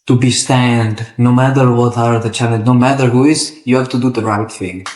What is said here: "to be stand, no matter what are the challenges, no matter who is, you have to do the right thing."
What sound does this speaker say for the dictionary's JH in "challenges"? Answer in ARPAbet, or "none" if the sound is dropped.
none